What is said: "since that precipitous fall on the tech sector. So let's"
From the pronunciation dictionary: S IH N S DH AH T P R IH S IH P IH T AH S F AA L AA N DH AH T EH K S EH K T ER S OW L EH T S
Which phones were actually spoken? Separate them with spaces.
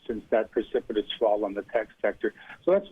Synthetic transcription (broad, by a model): S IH N S DH AH T P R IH S IH P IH T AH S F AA L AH N DH AH T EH K S EH K T ER S OW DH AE T S